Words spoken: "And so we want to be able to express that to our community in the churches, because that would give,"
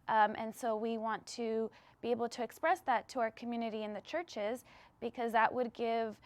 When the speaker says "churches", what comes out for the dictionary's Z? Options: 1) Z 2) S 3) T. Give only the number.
1